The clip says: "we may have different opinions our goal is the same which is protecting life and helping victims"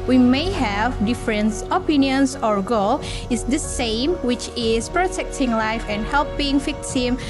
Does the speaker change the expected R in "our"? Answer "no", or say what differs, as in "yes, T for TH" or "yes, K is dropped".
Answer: no